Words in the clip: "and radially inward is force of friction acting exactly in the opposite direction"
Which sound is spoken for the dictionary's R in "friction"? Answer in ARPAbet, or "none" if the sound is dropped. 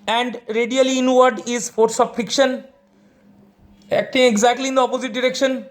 none